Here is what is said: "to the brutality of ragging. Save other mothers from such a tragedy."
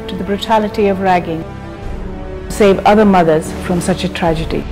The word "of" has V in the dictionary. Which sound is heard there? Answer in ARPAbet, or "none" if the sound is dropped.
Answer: V